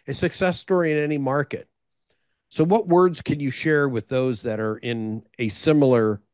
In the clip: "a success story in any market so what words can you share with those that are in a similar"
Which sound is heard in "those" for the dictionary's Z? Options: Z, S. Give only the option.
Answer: Z